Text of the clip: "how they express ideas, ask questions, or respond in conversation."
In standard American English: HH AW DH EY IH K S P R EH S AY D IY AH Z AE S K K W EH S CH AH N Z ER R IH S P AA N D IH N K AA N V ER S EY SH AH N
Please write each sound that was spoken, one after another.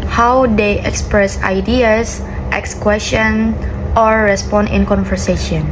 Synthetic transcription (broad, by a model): HH AW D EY IH K S P R EH S AY D IY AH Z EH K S K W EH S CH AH N AO R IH S P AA N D IH N K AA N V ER S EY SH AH N